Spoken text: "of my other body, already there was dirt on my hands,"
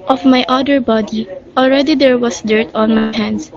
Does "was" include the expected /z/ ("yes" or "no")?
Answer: no